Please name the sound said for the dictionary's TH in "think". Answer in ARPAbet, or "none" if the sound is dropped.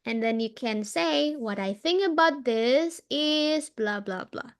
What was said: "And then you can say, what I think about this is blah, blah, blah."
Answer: TH